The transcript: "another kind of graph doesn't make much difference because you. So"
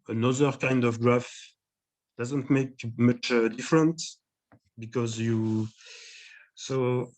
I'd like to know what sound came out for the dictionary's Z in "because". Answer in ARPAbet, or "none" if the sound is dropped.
Z